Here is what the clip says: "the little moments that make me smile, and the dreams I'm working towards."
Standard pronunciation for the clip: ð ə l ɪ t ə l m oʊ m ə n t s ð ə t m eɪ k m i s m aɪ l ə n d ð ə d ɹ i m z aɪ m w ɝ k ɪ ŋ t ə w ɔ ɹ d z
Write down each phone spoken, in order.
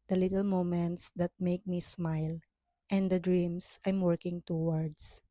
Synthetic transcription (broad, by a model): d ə l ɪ t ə l m oʊ m ə n t s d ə t m eɪ k m i s m aɪ l ə n d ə d ɹ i m s aɪ m w ɝ k ɪ ŋ t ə w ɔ ɹ d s